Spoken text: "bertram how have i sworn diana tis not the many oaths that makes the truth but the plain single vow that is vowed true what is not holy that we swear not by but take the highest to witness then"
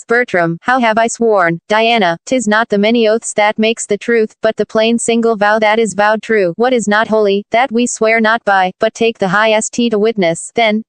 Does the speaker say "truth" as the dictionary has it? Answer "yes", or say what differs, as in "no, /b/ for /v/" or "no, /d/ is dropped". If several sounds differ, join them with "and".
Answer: yes